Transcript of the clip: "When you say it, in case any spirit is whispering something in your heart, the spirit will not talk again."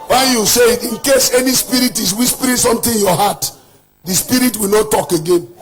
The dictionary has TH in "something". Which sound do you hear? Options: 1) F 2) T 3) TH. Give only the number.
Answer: 2